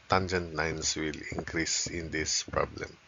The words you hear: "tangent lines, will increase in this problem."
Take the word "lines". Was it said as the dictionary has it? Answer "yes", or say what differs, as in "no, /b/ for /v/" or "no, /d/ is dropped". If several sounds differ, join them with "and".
no, /n/ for /l/ and /s/ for /z/